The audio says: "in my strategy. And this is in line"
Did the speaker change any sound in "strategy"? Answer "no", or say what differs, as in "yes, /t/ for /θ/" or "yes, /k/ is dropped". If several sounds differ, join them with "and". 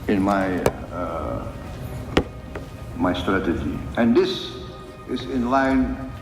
no